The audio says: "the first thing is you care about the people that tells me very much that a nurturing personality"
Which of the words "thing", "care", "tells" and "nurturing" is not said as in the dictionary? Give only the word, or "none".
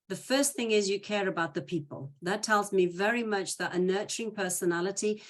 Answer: none